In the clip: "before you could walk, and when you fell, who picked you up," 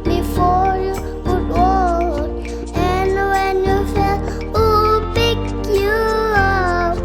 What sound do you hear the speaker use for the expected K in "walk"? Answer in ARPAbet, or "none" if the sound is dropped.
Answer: none